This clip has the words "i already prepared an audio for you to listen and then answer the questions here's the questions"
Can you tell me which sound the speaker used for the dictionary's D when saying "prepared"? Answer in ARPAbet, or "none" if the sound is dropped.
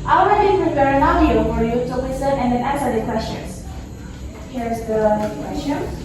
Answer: none